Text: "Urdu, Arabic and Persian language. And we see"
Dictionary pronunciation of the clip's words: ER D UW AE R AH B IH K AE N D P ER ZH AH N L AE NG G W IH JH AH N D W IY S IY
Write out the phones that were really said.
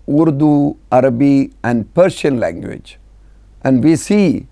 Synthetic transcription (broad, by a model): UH D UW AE R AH B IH AE N D P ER SH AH N L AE NG G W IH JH AH N D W IY S IY